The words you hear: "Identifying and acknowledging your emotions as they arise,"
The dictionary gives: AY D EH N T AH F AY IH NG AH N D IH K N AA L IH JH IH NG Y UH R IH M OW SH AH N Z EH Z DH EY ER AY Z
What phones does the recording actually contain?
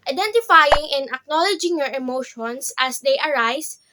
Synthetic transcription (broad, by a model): AY D EH N T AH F AY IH NG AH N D IH K N AA L IH JH IH NG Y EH R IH M OW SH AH N S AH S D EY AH AY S